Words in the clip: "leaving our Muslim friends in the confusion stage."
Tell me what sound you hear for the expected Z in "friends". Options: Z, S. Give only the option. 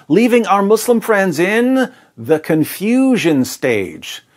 Z